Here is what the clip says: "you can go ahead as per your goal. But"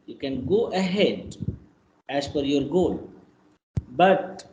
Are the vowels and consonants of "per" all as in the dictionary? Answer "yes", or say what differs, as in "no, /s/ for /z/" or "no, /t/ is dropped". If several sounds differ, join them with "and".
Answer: no, /f/ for /p/